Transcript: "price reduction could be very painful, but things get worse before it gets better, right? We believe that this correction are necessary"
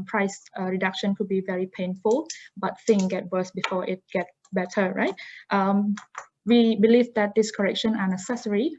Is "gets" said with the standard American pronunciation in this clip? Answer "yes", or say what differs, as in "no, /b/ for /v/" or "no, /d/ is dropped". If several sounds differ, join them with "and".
no, /s/ is dropped